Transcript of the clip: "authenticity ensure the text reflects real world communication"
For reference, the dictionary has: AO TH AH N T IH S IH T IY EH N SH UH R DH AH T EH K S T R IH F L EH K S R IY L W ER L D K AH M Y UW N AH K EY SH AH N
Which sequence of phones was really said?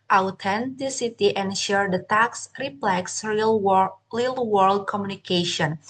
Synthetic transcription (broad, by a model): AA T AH N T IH S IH T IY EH N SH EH R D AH T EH K S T R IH P L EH K S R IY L W ER L D K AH M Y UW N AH K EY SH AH N